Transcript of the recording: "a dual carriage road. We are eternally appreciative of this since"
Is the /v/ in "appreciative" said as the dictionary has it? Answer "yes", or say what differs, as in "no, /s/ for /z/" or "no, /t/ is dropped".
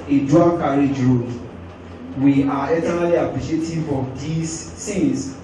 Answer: no, /f/ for /v/